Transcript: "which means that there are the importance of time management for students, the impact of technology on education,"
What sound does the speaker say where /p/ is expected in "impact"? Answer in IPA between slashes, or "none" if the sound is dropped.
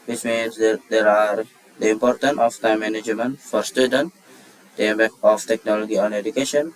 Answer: /b/